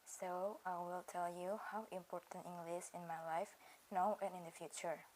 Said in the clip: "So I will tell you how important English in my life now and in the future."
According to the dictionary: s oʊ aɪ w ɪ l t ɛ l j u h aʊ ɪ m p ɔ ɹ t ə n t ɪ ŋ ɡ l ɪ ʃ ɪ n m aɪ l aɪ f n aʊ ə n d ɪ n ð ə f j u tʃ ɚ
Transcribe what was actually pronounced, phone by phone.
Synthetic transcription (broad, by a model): s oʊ aɪ w ɪ l t ɛ l j u h aʊ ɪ m p ɔ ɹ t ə n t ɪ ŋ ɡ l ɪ s ɪ n m aɪ l aɪ f n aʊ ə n ɪ n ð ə f j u tʃ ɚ